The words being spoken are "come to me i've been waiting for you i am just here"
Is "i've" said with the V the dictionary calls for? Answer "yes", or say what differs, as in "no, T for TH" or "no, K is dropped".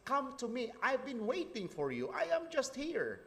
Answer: yes